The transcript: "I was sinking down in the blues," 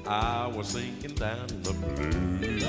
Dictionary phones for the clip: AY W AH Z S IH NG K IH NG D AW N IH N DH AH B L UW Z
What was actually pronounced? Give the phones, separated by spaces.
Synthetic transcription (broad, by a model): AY W AH Z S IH NG K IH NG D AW IH N DH AH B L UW